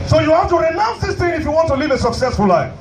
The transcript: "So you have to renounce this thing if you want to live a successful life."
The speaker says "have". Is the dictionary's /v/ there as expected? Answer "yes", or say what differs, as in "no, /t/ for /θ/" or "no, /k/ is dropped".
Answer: no, /f/ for /v/